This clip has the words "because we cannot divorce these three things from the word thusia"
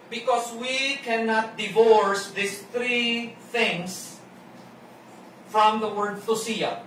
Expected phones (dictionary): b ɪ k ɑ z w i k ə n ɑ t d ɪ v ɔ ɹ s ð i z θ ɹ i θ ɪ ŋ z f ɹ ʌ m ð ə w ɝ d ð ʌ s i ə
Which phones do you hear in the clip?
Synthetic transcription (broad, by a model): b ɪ k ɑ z w i k ə n ɑ t d ɪ v ɔ ɹ s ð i s θ ɹ i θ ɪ ŋ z f ɹ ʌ m ð ə w ɝ d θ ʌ s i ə